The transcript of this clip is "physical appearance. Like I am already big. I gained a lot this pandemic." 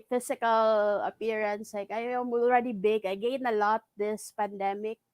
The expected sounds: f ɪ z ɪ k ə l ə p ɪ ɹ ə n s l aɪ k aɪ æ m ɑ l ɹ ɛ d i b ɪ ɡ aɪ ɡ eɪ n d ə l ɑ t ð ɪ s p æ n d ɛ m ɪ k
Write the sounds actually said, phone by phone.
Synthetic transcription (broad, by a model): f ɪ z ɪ k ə l ə p ɪ ɹ ə n s l aɪ k aɪ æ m ɑ l ɹ ɛ d i b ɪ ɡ aɪ ɡ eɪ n ə l ɑ t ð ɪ s p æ n d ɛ m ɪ k